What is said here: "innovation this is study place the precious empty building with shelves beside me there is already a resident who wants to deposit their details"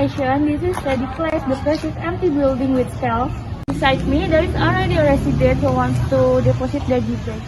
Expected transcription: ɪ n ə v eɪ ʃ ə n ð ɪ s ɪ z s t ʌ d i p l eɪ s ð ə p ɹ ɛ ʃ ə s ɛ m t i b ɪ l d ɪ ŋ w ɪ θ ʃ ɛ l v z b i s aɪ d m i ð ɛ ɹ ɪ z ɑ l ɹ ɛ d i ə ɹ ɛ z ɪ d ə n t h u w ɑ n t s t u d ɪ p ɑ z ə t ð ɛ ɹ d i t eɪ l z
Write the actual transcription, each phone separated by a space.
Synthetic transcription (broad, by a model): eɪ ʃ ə n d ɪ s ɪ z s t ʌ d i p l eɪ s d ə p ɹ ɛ s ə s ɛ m t i b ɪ l d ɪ ŋ w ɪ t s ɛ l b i s aɪ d m i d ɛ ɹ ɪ s ɑ l ɹ ɛ d i ə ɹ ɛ s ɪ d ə t h u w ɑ n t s t u d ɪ p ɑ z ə t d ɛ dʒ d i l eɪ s